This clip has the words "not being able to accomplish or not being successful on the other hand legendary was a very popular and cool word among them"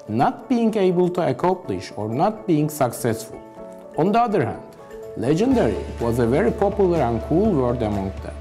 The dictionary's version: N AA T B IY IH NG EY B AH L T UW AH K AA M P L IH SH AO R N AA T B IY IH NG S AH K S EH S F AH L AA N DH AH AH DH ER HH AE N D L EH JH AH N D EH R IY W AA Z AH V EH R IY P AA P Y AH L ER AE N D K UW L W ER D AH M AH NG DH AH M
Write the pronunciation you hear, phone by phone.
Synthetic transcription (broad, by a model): N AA T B IY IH NG EY B AH L T UW AH K AA M P L IH SH AO R N AA T B IY IH NG S AH K S EH S F AH L AA N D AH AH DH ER HH AE N D L EH JH AH N D EH R IY W AA Z AH V EH R IY P AA P Y AH L ER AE N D K UW L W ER D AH M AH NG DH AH